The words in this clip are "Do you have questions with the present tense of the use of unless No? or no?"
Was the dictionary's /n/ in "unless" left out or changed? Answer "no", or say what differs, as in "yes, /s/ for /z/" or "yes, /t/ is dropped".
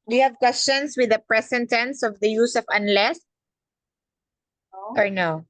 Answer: no